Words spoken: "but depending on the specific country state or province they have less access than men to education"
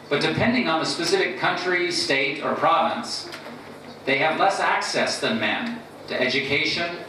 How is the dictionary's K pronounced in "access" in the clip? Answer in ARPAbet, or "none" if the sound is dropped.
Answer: K